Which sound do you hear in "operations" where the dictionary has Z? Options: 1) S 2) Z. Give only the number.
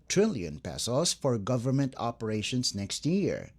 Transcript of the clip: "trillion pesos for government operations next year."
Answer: 1